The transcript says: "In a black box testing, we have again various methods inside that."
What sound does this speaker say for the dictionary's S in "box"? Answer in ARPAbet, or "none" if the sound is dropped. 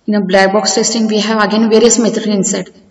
S